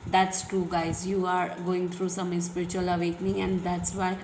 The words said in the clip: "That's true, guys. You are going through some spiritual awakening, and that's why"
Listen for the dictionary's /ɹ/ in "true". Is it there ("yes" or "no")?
no